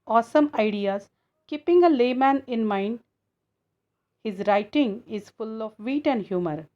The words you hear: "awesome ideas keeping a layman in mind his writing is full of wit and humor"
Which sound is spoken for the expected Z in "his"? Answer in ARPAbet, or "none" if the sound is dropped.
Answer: Z